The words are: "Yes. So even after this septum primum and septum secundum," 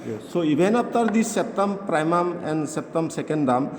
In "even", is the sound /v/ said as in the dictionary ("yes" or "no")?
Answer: no